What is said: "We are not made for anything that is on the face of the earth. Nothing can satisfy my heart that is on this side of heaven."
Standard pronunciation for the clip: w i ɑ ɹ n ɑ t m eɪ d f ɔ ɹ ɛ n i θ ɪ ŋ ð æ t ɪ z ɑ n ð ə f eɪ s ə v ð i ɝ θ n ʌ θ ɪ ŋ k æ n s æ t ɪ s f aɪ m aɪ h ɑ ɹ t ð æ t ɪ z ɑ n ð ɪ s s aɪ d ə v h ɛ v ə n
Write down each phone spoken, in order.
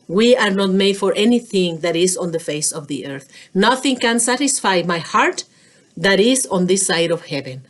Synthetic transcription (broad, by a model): w i ɑ ɹ n ɑ t m eɪ d f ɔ ɹ ɛ n i θ ɪ ŋ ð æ t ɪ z ɑ n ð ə f eɪ s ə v ð i ɝ θ n ʌ θ ɪ ŋ k æ n s æ t ɪ s f aɪ m aɪ h ɑ ɹ t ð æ t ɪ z ɑ n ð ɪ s s aɪ d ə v h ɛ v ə n